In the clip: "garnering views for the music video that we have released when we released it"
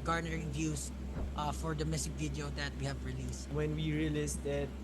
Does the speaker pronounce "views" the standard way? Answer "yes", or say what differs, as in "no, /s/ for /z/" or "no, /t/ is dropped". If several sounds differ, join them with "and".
no, /s/ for /z/